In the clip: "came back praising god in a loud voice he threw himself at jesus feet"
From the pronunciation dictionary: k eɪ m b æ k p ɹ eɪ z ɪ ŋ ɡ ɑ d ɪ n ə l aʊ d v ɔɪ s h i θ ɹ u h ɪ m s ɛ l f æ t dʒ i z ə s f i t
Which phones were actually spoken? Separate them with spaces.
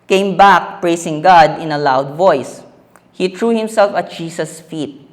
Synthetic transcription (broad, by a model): k eɪ m b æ k p ɹ eɪ s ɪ ŋ ɡ ɑ d ɪ n ə l aʊ d v ɔɪ s h i t ɹ u h ɪ m s ɛ l f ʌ t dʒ i s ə s f i t